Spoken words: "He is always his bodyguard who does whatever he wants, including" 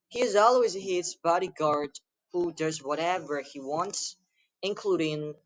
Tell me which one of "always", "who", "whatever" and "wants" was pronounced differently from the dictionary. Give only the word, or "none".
none